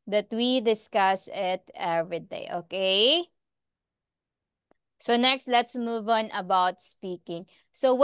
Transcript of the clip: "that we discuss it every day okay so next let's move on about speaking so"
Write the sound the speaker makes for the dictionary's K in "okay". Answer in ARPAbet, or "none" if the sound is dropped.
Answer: K